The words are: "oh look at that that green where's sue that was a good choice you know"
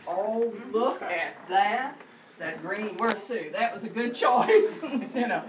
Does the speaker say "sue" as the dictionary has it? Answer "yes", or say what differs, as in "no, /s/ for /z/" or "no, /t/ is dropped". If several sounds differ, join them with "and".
yes